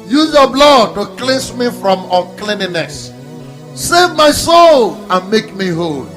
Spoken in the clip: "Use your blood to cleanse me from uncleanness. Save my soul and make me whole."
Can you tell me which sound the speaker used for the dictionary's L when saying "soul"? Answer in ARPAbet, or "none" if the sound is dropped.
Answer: L